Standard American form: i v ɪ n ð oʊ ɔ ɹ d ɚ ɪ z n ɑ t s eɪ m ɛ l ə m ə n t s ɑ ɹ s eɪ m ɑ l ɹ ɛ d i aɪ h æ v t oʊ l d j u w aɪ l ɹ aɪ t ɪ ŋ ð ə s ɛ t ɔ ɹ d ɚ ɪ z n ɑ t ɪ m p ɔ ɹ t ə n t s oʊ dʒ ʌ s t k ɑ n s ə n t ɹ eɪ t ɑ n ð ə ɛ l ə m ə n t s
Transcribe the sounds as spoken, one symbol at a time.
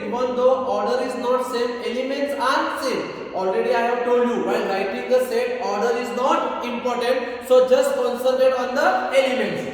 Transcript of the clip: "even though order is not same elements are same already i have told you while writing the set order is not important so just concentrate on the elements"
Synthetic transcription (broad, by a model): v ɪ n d oʊ ɔ ɹ d ɚ ɪ z n ɑ t s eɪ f ɛ l ə m ə n t s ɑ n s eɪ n ɑ l ɹ ɛ d i aɪ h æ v t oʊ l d j u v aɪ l ɹ aɪ t ɪ ŋ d ə s ɛ t ɔ ɹ d ɚ ɪ z n ɑ t ɪ m p ɔ ɹ t ə n t s oʊ dʒ ʌ s t k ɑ n s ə l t eɪ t ɑ n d ə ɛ l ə m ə n t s